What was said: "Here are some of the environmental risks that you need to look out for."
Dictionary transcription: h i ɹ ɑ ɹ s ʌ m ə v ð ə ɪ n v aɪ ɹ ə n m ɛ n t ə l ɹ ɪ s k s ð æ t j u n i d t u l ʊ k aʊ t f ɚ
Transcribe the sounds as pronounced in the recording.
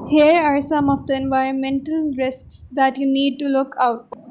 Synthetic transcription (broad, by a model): h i ɹ ɑ ɹ s ʌ m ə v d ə ɪ n v aɪ ɹ ə n m ɛ n t ə l ɹ ɪ s k s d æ t j u n i d t u l ʊ k aʊ t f